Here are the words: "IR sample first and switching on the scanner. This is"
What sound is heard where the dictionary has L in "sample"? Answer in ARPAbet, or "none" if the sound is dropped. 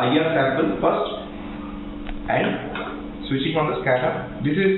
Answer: N